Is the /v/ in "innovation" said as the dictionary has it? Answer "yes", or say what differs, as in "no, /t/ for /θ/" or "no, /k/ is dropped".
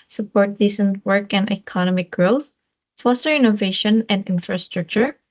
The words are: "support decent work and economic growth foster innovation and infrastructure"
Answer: yes